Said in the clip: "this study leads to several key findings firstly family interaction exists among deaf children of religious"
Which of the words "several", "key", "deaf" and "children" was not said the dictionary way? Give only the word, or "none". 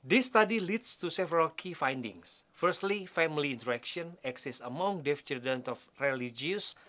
children